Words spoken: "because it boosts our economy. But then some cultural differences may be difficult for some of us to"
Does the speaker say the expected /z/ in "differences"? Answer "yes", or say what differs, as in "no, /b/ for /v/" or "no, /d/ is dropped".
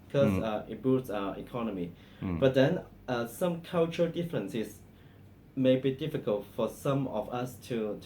no, /s/ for /z/